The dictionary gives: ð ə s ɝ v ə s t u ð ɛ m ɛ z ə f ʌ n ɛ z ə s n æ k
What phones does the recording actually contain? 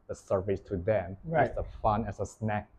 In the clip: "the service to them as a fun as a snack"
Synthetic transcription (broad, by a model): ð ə s ɝ v ə s t u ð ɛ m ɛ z ə f ʌ n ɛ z ə s n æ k